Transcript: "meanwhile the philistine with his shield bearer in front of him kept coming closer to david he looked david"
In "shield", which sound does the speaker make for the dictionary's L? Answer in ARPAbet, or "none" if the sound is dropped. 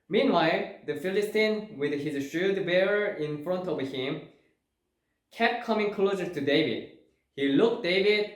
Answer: none